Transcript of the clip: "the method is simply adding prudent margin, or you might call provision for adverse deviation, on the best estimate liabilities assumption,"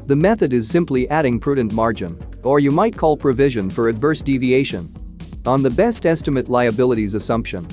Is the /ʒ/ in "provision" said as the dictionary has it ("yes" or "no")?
yes